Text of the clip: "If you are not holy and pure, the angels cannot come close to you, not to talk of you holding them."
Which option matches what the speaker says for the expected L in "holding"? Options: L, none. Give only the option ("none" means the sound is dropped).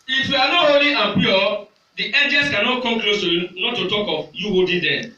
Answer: none